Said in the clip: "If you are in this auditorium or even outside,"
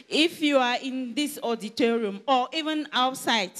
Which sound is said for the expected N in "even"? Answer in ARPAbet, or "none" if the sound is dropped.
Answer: N